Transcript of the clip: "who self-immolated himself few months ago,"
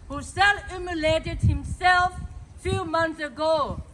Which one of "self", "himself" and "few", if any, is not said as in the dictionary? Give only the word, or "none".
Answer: self